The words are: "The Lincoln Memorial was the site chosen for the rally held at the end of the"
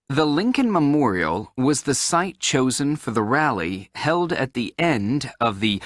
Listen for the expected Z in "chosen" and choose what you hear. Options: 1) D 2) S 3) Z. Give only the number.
3